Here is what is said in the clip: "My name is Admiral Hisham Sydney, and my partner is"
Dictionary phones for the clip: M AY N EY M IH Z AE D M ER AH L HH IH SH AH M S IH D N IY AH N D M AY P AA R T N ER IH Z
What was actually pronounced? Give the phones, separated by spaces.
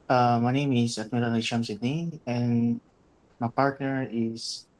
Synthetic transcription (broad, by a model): M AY N EY M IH S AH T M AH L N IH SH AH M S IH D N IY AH N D M AY P AA R T N ER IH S